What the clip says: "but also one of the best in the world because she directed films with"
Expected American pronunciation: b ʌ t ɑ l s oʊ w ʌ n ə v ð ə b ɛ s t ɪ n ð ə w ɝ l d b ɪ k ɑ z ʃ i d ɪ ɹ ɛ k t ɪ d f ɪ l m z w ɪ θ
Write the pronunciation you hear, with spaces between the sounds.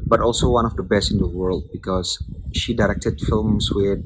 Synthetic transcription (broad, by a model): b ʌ t ɑ l s oʊ w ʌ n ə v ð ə b ɛ s t ɪ n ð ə w ɝ l d b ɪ k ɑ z ʃ i d ɪ ɹ ɛ k t ɪ d f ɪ l m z w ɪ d